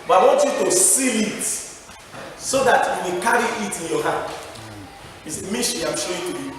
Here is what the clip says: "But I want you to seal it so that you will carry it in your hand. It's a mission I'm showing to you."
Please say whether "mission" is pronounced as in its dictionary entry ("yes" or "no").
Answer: no